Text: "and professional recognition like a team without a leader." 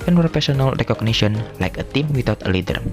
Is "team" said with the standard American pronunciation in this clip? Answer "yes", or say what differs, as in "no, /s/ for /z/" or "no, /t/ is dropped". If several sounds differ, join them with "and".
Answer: yes